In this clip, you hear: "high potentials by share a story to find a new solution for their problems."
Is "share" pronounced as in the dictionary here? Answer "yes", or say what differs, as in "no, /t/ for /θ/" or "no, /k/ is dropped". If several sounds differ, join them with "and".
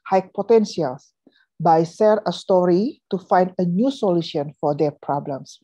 no, /s/ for /ʃ/